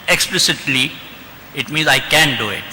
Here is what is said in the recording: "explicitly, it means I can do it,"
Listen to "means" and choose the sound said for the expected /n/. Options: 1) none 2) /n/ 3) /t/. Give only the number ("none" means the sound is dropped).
2